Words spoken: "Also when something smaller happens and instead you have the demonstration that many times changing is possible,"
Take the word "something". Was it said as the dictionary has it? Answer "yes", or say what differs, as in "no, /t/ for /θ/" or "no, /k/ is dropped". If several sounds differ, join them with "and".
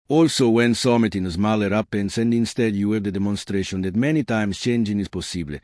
no, /t/ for /θ/